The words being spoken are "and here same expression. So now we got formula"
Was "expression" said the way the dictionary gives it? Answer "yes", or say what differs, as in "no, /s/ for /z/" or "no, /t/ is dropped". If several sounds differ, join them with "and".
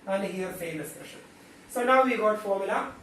no, /k/ is dropped